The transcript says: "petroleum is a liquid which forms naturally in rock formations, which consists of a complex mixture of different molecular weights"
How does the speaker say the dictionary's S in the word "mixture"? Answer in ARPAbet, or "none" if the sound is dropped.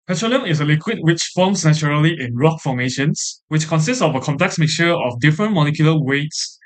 none